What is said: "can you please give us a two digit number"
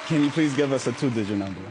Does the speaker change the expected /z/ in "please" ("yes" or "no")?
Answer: no